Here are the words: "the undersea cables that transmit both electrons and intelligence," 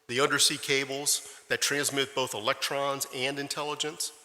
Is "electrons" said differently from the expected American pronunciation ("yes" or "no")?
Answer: no